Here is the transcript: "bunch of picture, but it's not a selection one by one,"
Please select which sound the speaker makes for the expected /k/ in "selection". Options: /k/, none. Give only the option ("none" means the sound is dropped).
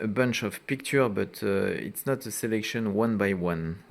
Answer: /k/